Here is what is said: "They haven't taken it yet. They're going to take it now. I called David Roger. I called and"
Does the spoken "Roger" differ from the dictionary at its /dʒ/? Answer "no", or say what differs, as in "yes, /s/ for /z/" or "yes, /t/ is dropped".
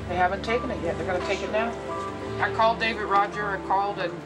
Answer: no